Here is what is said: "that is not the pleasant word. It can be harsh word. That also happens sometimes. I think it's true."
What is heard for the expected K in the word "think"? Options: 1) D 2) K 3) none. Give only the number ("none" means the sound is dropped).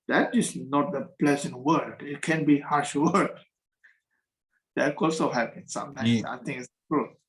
3